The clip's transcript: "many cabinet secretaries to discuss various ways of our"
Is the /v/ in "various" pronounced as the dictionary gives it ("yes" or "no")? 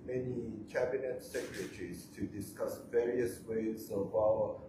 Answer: yes